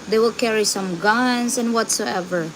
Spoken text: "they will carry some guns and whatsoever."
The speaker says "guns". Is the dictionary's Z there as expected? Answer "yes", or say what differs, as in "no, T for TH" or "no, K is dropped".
no, S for Z